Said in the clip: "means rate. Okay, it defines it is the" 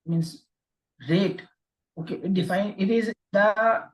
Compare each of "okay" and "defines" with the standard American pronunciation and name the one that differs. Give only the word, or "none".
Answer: defines